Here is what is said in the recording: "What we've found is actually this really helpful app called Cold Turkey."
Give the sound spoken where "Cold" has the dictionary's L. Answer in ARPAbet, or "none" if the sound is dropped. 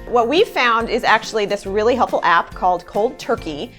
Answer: L